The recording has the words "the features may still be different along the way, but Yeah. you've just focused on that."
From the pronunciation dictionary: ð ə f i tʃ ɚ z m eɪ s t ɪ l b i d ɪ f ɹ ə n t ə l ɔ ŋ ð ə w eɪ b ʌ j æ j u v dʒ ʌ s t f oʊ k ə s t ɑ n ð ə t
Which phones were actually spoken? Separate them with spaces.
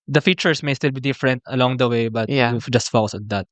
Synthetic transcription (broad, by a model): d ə f i tʃ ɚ s m eɪ s t ɪ l b i d ɪ f ɹ ə n t ə l ɔ ŋ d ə w eɪ b ʌ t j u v dʒ ʌ s t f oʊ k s ɑ n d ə t